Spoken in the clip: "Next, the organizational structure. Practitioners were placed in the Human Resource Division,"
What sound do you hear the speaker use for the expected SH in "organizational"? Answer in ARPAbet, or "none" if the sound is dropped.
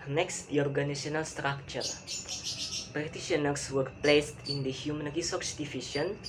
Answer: none